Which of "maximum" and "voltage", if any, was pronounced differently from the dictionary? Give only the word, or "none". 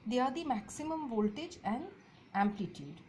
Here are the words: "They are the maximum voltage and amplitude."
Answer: none